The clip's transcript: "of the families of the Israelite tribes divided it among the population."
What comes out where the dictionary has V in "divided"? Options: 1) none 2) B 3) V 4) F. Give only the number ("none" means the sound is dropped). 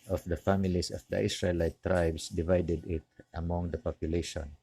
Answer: 3